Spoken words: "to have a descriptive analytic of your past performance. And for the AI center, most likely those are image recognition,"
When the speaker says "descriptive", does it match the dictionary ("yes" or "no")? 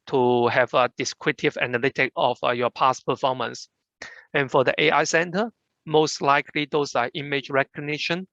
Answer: no